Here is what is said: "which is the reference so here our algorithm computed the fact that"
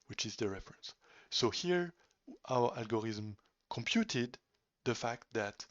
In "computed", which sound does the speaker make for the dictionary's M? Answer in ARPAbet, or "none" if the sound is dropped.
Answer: M